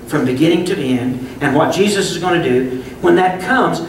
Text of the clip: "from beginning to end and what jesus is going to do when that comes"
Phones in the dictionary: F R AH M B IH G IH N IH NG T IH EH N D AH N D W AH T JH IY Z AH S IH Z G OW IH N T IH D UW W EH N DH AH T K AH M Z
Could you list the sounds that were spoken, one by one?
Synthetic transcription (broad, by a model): F R AH M B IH G IH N IH NG T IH EH N D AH N W AH T JH IY Z AH S IH Z G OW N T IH D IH W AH N DH AH T K AH M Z